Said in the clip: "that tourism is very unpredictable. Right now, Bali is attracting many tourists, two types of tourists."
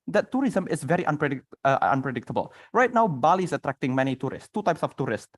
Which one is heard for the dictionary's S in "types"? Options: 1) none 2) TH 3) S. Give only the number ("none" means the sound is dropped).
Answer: 3